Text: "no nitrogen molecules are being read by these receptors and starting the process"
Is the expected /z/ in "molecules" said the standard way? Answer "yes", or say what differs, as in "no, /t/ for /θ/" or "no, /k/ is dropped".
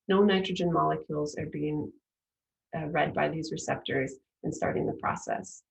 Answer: yes